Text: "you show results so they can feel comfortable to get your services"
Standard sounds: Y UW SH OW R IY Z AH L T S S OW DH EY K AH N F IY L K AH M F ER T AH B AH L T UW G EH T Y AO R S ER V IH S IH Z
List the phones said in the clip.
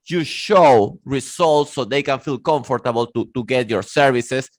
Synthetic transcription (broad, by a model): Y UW SH OW R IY S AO L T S S OW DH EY K AH N F IY L K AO M F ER T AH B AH L T UW G EH T Y AO R S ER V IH S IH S